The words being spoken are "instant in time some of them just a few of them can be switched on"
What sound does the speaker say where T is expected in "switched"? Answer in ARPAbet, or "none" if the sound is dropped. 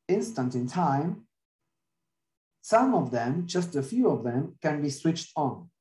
T